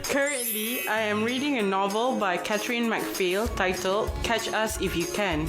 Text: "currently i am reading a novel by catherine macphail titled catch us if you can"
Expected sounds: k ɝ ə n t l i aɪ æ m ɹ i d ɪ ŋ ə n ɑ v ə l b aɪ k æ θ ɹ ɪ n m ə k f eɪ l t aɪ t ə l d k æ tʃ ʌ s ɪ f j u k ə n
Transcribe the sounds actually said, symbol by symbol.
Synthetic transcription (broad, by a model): k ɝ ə n t l i aɪ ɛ m ɹ i d ɪ ŋ ə n ɑ v ə l b aɪ k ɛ t ɹ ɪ n m ə k f eɪ l t aɪ t ə l k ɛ tʃ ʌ s ɪ f j u k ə n